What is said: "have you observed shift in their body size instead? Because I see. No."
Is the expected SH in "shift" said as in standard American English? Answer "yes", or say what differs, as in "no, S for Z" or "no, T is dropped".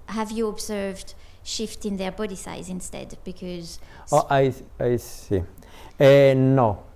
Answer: yes